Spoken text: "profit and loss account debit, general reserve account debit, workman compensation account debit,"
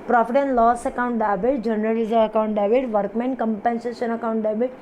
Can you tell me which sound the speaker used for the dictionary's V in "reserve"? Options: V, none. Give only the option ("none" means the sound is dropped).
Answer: none